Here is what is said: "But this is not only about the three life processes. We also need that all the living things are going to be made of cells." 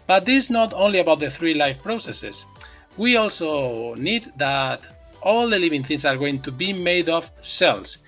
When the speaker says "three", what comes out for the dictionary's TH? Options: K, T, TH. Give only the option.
TH